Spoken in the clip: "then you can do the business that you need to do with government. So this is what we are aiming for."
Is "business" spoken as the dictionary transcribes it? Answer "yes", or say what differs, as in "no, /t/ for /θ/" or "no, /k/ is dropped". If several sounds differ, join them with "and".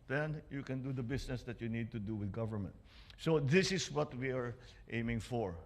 no, /s/ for /z/